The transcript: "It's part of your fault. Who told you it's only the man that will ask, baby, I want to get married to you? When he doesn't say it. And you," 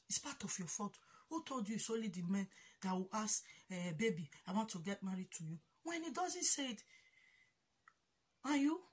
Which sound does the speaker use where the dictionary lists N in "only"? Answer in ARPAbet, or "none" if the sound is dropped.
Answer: none